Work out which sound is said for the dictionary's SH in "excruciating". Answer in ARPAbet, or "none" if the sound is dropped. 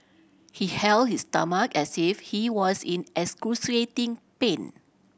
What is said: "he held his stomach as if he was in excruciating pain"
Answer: S